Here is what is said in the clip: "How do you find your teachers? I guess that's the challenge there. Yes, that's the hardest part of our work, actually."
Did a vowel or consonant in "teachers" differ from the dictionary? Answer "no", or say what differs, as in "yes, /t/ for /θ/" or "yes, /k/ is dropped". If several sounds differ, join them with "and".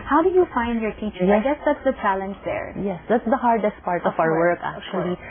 yes, /z/ is dropped